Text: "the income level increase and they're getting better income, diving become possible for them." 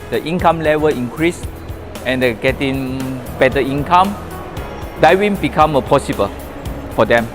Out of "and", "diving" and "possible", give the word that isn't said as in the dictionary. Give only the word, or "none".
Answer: diving